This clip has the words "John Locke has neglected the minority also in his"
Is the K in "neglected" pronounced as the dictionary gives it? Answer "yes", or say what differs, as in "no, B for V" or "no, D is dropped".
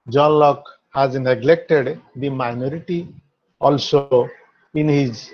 yes